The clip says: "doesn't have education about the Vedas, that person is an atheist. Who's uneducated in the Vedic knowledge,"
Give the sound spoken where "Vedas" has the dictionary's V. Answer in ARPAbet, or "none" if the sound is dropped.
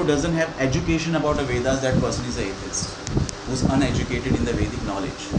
V